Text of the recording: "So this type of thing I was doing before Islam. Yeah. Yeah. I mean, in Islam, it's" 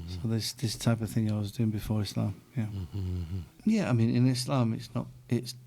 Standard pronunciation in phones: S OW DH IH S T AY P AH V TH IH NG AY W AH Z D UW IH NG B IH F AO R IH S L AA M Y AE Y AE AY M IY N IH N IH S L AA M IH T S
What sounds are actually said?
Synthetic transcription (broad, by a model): S OW DH IH S T AY P AH V TH IH NG AY W AH Z D UW IH NG B IH F AO R IH S L AA M Y AE Y AE AY M IY N IH N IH S L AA M IH T S